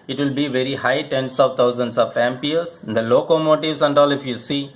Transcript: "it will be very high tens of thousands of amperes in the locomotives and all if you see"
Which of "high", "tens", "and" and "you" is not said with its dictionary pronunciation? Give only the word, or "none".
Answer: tens